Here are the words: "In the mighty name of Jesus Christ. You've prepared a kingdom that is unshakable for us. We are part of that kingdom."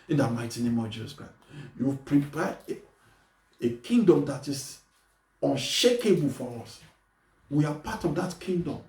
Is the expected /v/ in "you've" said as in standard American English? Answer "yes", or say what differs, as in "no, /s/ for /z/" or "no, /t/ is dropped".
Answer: no, /w/ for /v/